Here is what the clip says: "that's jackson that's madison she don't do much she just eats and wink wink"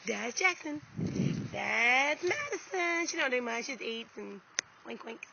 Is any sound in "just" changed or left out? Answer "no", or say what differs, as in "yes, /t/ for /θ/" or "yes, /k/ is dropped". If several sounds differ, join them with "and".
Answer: yes, /z/ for /dʒ/